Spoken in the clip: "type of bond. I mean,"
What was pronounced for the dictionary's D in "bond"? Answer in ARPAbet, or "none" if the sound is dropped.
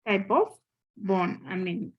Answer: none